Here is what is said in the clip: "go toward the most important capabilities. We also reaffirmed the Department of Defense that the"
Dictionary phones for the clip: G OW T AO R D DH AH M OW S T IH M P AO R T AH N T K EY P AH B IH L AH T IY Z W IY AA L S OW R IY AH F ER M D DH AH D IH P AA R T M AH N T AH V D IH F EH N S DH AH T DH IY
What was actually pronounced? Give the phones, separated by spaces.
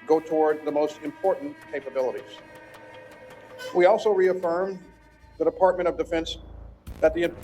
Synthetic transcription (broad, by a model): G OW T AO R D DH AH M OW S T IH M P AO R T N K EY P AH B IH L AH T IY Z W IY AA L S OW R IY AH F ER M DH AH D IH P AA R T M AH T AH V D IH F EH N S DH AH T DH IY